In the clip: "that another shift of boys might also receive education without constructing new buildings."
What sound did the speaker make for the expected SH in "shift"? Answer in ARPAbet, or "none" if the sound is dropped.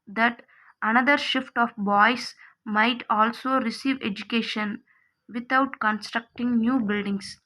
SH